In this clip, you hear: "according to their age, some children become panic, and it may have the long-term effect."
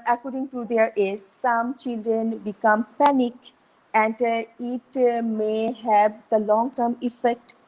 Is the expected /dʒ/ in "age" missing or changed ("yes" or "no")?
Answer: yes